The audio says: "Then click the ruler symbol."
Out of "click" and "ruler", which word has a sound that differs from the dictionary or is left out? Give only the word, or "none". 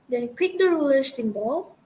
click